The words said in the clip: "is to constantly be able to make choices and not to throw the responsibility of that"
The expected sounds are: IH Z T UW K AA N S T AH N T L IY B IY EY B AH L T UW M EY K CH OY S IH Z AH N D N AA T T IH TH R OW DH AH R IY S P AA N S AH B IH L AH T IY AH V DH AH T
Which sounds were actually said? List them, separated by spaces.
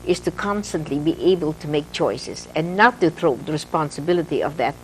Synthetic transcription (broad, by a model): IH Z T UW K AA N S T AH N T L IY B IY EY B AH L T UW M EY K CH OY S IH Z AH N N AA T T IH TH R OW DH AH R IY S P AA N S AH B IH L AH T IY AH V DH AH T